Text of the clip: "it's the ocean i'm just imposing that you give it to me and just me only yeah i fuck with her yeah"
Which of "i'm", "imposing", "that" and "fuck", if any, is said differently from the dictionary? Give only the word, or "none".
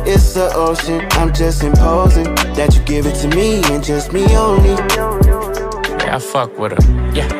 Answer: none